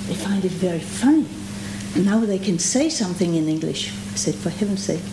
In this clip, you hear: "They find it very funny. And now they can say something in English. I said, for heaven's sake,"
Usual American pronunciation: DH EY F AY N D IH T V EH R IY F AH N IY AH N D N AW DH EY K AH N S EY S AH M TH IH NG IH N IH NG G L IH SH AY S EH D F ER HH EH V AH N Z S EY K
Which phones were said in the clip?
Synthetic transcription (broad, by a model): DH EY F AY N D IH T V EH R IY F AH N IY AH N N AW DH EY K AH N S EY S AH M TH IH NG IH N IH NG G L IH SH AY S EH D F ER HH EH V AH N S EY K